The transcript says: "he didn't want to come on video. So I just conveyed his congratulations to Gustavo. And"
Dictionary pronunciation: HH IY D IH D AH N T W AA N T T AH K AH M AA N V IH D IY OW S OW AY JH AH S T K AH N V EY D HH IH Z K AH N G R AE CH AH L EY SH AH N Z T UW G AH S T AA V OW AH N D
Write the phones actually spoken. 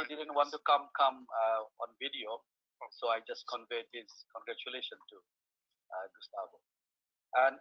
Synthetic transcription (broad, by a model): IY D IH D AH N T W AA N T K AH K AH M AA N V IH D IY OW S OW AY JH AH S T K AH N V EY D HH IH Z K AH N G R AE CH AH L EY SH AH N T UW G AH S T AA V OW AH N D